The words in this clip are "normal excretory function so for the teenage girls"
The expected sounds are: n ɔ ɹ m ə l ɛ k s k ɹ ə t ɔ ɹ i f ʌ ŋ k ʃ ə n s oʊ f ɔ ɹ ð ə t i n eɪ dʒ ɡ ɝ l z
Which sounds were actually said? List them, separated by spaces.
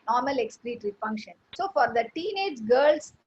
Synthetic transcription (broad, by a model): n ɔ ɹ m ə l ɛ k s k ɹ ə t ɹ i f ʌ ŋ k ʃ ə n s oʊ f ɔ ɹ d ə t i n eɪ dʒ ɡ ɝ l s